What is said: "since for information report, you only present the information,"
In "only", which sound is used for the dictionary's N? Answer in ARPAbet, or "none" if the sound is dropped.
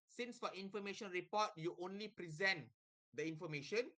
N